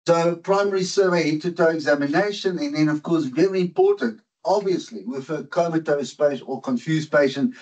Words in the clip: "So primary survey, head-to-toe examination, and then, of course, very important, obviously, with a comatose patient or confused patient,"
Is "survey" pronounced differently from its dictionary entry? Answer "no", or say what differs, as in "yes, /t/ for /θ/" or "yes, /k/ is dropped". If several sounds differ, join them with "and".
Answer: no